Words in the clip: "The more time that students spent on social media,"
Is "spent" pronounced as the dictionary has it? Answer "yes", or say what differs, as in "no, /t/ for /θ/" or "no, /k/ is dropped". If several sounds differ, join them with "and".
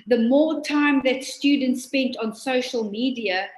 yes